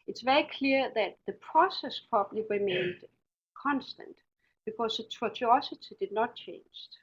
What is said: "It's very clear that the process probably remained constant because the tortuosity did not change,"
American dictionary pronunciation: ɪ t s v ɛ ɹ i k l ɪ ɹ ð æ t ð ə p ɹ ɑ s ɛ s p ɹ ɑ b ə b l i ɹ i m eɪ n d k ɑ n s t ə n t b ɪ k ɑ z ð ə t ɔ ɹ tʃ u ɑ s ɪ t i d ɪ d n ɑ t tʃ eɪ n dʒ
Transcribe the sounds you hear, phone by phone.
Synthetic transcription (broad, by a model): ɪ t s v ɛ ɹ i k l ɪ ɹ ð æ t ð ə p ɹ ɑ s ɛ s p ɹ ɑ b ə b l i ɹ i m eɪ n d k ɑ n s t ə n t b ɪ k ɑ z ð ə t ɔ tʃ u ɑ s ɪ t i d ɪ d n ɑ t tʃ eɪ n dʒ